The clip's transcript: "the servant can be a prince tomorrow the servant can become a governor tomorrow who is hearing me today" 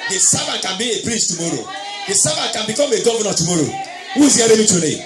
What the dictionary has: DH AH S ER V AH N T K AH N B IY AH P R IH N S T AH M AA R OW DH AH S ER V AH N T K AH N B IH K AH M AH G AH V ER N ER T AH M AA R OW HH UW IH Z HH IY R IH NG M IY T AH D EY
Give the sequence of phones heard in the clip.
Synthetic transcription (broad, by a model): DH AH S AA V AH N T K AH N B IY AH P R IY S T AH M AA R OW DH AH S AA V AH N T K AH N B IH K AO M AH G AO V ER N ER T AH M AA R OW HH UW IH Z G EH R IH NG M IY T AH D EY